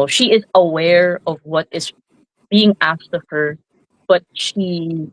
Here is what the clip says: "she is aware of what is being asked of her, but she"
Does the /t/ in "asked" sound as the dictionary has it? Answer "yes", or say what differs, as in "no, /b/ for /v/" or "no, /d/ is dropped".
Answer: yes